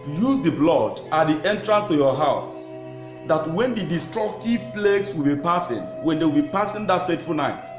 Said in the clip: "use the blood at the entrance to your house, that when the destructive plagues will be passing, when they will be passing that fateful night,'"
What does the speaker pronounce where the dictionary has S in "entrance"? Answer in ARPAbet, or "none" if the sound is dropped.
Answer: S